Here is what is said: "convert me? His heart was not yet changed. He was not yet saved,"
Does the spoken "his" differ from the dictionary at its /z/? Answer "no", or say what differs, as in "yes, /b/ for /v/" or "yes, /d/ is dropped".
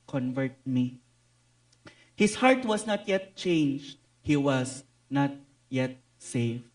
yes, /s/ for /z/